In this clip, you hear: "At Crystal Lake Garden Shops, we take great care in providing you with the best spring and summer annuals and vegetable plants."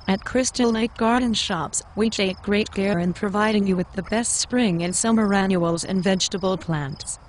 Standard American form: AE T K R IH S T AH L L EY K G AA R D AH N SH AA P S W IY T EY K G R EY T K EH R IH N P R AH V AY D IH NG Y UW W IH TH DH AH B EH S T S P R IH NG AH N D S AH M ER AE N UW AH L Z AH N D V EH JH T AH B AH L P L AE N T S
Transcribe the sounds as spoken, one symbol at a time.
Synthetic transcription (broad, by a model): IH T K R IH S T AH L N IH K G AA R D N SH AA P S W IY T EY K G R EY T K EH R IH N P R AH V AY D IH NG Y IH W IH DH AH B EH S T S P R IH NG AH N S AH M ER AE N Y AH L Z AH N V EH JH T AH B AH L P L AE N T S